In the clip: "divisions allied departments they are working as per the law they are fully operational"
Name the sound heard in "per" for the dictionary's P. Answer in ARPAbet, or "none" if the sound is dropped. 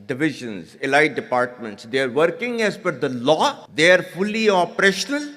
F